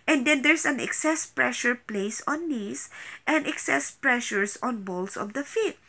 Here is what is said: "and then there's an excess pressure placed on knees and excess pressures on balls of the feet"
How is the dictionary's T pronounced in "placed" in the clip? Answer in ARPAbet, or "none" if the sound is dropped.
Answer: none